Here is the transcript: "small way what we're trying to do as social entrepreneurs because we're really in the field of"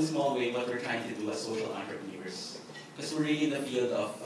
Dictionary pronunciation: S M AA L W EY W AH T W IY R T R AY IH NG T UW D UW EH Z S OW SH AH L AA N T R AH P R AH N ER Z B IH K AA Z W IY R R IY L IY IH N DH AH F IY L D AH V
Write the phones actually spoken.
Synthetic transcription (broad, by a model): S M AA L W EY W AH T W IY R T R AY IH NG T UW D UW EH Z S OW SH AH L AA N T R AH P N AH ER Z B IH K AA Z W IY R R IY L IY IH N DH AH F IY L D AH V